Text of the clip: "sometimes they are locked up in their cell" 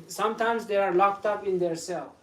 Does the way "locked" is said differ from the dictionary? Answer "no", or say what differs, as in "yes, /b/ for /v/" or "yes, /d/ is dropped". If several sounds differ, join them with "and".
no